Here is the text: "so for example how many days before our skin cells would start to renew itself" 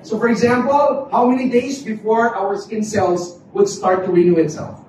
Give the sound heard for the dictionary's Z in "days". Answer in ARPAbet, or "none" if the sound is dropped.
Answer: Z